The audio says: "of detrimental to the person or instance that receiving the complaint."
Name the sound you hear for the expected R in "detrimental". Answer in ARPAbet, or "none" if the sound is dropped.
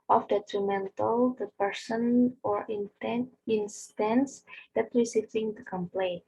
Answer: R